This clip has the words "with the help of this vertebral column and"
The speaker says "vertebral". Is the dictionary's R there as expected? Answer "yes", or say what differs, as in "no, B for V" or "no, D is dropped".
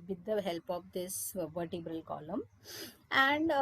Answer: yes